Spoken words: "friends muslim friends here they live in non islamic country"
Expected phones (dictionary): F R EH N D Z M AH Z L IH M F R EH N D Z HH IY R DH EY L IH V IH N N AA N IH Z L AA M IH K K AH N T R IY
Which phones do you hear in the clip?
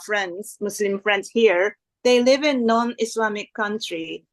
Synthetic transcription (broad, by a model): F R EH N D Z M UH S L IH M F R EH N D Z HH IY R DH EY L IH V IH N N AA N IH S L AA M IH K K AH N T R IY